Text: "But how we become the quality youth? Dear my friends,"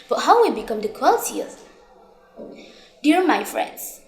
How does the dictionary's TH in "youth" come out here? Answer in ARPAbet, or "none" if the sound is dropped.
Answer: S